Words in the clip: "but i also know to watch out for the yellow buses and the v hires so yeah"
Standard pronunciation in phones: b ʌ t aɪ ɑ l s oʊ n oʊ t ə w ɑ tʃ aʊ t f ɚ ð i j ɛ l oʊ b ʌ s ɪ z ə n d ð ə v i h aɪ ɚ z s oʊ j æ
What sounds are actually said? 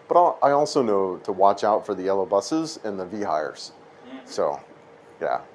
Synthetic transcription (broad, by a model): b ʌ t aɪ ɑ l s oʊ n oʊ t ə w ɑ tʃ aʊ t f ɚ ð i ɛ l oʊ b ʌ s ɪ z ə n ð ə v i h aɪ ɚ z s oʊ j æ